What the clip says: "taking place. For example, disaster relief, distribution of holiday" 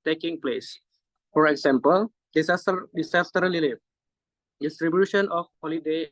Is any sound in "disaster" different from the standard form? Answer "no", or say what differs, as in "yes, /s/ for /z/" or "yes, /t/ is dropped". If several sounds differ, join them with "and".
yes, /s/ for /t/